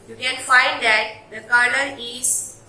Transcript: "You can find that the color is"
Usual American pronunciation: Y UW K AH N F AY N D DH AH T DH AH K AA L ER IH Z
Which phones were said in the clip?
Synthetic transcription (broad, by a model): Y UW K AH N F AY N D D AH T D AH K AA N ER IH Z